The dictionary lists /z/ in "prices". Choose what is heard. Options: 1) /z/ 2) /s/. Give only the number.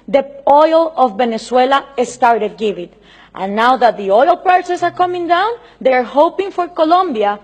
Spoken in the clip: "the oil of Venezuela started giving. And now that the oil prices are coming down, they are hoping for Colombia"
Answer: 2